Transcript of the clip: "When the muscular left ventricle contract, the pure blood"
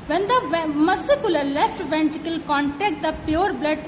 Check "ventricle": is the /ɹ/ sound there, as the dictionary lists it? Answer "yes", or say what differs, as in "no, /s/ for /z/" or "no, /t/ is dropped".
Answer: no, /ɹ/ is dropped